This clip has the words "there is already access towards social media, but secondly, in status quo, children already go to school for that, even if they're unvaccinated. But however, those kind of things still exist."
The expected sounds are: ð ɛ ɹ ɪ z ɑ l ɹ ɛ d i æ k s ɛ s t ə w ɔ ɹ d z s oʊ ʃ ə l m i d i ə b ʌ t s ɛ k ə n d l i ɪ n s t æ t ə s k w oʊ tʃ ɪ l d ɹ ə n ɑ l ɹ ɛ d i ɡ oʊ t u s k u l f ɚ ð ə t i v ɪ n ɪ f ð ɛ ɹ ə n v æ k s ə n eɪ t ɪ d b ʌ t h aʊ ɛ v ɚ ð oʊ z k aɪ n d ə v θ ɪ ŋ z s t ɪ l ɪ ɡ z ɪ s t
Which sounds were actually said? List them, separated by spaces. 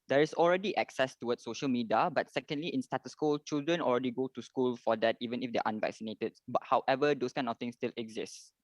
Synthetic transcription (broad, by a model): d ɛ ɹ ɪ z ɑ l ɹ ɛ d i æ k s ɛ s t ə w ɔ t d s oʊ ʃ ə l m i d i ə b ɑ t s ɛ k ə n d l i ɪ n s t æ t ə s k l tʃ ɪ l d ɹ ə n ɑ l ɹ ɛ d i ɡ oʊ t u s k u l f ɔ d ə t i v ɪ n ɪ f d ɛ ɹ ə n v æ k s ə n eɪ t ɪ d b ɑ t h aʊ ɛ v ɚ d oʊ s k aɪ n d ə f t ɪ ŋ s t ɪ l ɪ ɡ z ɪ s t